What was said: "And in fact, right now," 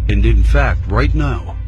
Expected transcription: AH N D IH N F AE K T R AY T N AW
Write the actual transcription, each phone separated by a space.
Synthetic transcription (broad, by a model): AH N D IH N F AE K T R AY T N AW